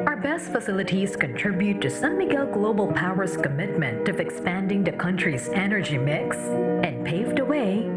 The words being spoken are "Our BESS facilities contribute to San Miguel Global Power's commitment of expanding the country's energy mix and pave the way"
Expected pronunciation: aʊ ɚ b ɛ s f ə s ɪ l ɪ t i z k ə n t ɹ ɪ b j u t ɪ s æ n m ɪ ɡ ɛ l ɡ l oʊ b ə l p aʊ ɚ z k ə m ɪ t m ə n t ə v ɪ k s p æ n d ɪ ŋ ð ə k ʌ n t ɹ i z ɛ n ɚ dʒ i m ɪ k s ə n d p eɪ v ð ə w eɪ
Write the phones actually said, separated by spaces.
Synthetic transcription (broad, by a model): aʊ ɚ b ɛ s f ə s ɪ l ɪ t i z k ə n t ɹ ɪ b j u t ɪ s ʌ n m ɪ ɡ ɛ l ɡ l oʊ b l p aʊ ɚ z k ə m ɪ t m ə n t ə v ɪ k s p æ n d ɪ ŋ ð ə k ʌ n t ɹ i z ɛ n ɚ dʒ i m ɪ k s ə n p eɪ v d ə w eɪ